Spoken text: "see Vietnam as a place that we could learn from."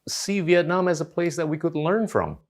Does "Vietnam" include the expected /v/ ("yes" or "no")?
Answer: yes